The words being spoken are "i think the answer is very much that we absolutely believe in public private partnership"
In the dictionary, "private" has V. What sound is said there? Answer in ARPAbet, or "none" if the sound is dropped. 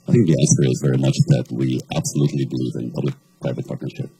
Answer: V